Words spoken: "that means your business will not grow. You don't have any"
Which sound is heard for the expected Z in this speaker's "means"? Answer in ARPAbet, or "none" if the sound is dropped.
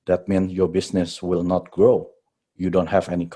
none